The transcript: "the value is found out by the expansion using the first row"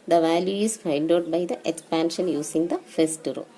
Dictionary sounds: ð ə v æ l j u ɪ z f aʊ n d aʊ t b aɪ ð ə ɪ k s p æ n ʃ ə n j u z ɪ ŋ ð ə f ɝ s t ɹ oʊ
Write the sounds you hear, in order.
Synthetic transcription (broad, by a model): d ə v æ l j u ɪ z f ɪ n d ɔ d b aɪ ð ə ɪ k s p æ n ʃ ə n j u s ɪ ŋ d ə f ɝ s t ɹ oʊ